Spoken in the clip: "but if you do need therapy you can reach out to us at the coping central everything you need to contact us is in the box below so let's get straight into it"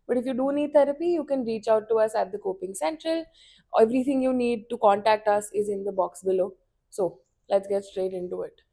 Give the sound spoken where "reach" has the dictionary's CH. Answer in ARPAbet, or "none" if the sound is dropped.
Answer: CH